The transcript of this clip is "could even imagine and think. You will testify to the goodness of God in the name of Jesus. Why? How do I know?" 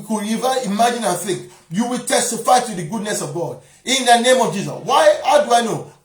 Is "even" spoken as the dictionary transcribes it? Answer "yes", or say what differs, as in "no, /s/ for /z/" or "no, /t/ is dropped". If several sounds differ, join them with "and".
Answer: no, /n/ is dropped